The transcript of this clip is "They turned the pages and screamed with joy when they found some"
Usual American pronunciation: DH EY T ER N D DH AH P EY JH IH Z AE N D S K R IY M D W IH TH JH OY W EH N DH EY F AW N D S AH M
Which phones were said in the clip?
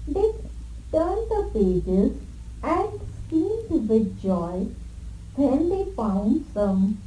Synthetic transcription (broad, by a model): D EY T ER N D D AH P EY JH IH Z AE N D S K IY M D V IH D JH OY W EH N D EY F AW N D S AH M